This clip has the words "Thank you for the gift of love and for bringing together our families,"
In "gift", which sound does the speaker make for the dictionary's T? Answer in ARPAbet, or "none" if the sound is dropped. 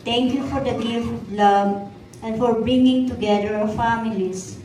none